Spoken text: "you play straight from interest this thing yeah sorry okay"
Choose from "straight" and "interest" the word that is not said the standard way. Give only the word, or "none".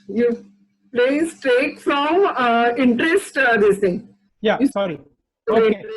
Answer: straight